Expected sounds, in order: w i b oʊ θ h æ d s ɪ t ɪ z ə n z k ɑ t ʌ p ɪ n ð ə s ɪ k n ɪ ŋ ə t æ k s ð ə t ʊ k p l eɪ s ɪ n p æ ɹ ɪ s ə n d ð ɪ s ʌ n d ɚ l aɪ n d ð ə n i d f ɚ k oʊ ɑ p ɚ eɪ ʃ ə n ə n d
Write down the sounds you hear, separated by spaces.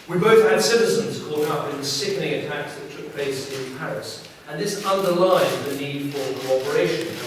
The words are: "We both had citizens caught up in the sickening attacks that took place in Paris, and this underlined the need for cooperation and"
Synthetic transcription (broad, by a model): w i b oʊ θ h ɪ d s ɪ t ɪ z ə n z k ɑ t ʌ p ɪ n ð ə s ɪ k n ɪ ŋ ə t æ k s ð ə t ʊ k p l eɪ s ɪ n p æ ɹ ɪ s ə n ð ɪ s ʌ n d ɚ l aɪ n ð ə n i d f ɚ k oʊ ɑ p ɚ eɪ ə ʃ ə n